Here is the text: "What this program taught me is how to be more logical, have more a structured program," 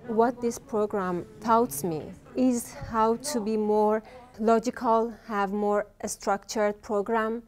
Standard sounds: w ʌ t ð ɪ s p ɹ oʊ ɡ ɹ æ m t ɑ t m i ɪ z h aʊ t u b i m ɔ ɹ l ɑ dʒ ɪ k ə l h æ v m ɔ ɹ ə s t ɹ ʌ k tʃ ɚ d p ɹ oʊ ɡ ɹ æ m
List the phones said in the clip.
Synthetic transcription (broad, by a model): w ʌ t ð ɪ s p ɹ oʊ ɡ ɹ æ m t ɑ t m i ɪ z h aʊ t u b i m ɔ ɹ l ɑ dʒ ɪ k ə l h æ v m ɔ ɹ ə s t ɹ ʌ k tʃ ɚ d p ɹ oʊ ɡ ɹ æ m